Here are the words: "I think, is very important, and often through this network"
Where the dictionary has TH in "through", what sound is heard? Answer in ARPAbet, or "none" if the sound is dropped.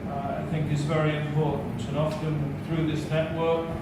TH